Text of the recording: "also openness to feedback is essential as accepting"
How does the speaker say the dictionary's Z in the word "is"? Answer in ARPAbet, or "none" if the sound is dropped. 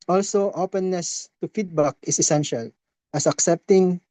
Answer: S